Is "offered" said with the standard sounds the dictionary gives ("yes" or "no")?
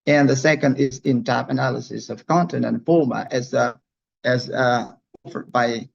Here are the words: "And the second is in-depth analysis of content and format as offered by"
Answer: yes